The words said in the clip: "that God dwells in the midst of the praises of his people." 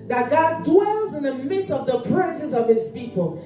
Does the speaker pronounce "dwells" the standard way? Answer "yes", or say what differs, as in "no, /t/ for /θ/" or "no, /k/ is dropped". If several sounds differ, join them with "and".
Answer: yes